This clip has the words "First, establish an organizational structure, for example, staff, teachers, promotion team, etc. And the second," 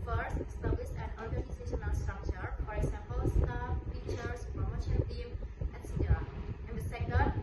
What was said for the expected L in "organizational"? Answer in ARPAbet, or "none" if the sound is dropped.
N